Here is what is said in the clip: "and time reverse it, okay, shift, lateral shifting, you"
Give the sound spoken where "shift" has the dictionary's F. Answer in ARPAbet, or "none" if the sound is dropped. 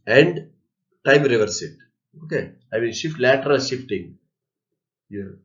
F